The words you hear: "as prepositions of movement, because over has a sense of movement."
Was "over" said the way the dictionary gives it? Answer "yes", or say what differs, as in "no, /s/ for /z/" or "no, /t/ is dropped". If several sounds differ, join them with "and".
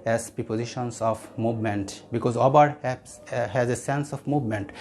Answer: no, /b/ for /v/